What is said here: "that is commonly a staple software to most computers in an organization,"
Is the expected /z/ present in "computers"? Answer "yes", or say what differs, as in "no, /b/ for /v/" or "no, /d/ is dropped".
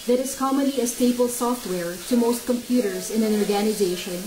yes